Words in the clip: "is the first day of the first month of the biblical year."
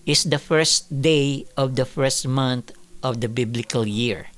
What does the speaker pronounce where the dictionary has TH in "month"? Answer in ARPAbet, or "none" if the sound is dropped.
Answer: T